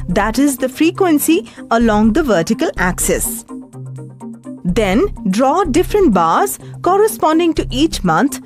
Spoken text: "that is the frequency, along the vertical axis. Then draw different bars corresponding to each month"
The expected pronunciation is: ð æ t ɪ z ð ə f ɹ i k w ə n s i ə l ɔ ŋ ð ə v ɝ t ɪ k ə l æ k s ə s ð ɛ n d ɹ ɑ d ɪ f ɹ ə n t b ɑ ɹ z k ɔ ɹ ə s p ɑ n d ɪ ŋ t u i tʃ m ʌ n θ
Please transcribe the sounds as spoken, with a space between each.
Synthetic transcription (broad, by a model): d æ t ɪ z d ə f ɹ i k w ə n s i ə l ɔ ŋ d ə v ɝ t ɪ k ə l æ k s ə s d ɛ n d ɹ ɑ d ɪ f ɹ ə n t b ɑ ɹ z k ɔ ɹ ə s p ɑ n d ɪ ŋ t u i tʃ m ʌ n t